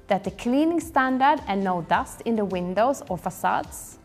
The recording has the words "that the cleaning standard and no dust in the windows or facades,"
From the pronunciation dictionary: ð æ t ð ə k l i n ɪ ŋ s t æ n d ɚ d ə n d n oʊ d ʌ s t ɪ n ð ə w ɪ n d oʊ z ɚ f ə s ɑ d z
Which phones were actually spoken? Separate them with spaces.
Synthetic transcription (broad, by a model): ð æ t ð ə k l i n ɪ ŋ s t æ n d ɚ d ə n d n oʊ d ʌ s t ɪ n ð ə w ɪ n d oʊ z ɚ f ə s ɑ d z